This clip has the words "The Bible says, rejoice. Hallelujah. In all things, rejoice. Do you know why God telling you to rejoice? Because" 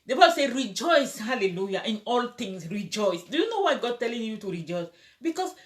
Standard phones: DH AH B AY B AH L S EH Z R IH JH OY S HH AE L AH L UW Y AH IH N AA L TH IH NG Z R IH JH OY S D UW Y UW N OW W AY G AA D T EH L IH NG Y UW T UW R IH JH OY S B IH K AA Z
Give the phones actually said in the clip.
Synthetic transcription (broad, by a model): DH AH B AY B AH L S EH R IH JH OY S HH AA L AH L UW Y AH IH N AA L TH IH NG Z R IH JH OY S D UW Y UW N OW W AY G AA D T EH L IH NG Y UW T UW R IH JH OY S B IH K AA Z